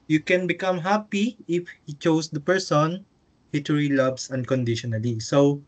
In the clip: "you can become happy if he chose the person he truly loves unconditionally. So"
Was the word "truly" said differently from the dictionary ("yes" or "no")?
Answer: yes